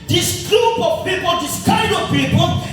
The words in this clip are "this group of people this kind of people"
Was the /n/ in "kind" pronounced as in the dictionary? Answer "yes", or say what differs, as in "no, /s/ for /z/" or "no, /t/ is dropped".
no, /n/ is dropped